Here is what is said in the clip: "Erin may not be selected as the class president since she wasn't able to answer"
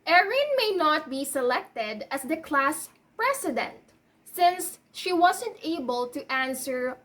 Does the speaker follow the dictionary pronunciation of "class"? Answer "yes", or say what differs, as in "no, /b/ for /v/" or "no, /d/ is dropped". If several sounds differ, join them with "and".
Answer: yes